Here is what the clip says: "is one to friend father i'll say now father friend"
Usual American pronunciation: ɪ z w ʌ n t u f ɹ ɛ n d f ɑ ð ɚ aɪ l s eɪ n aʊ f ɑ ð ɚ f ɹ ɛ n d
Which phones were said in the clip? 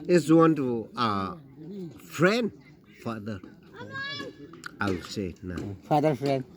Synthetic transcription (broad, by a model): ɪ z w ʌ n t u f ɹ ɛ n d f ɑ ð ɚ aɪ w s eɪ n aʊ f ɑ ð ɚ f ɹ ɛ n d